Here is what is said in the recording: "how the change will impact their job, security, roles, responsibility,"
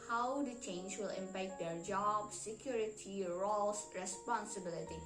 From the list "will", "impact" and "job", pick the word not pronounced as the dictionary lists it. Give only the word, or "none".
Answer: none